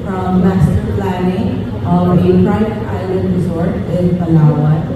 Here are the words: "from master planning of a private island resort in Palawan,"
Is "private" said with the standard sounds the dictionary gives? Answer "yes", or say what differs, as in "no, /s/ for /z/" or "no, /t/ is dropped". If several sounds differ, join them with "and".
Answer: no, /v/ is dropped